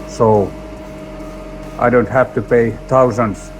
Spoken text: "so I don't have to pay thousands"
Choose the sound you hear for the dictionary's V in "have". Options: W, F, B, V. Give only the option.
F